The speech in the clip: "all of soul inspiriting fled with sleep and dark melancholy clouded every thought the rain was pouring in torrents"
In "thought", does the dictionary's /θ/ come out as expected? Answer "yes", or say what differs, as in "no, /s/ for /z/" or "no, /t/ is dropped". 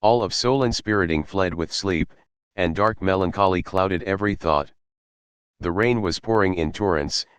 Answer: yes